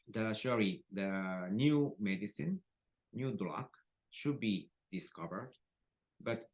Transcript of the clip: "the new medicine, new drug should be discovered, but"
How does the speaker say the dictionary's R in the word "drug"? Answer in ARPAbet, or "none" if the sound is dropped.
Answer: L